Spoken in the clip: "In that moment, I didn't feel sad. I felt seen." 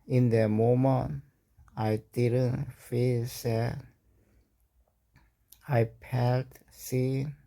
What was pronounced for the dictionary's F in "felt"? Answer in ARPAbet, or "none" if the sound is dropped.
P